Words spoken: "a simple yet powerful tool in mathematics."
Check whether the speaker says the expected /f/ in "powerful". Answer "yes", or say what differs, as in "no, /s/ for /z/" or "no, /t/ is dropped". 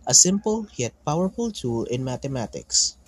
yes